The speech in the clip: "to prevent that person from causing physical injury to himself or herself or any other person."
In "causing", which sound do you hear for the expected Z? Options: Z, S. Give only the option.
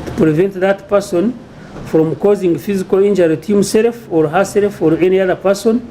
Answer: Z